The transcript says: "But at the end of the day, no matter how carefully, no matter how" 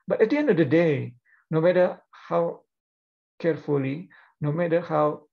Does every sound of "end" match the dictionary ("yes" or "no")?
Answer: yes